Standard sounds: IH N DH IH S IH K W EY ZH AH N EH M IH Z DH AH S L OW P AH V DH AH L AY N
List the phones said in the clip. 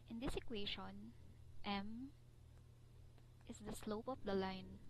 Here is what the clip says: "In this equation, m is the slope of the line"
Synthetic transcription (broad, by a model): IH N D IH S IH K W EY SH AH N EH M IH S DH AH S L OW P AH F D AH L AY N